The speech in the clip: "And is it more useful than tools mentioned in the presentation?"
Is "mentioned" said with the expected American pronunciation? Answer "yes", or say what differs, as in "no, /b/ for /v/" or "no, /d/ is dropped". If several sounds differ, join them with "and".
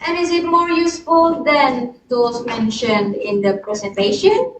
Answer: yes